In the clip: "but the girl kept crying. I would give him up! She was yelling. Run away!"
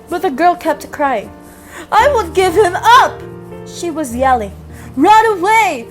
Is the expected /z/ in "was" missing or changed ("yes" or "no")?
no